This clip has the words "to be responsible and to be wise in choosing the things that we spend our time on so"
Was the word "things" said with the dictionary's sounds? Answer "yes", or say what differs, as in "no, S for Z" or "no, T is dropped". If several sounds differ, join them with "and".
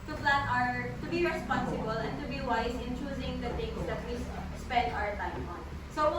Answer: no, T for TH